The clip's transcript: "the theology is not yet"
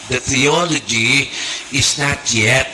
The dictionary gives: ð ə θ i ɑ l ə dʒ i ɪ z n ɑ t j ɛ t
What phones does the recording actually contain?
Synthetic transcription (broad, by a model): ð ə θ i ɑ l ə dʒ i ɪ z n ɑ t j ɛ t